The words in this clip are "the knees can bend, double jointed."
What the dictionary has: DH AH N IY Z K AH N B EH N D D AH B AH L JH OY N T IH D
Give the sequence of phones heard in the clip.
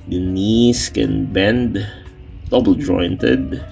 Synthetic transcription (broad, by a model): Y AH N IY S K AH N B EH N D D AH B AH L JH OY N T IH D